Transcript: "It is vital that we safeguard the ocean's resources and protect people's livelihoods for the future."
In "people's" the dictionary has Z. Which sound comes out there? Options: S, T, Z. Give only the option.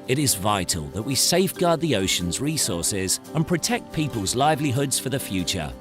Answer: Z